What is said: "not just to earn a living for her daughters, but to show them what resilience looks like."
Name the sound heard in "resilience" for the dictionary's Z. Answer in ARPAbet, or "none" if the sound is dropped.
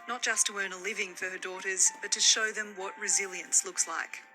Z